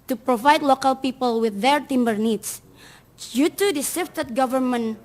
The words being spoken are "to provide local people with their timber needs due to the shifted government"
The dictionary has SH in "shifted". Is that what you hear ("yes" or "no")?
no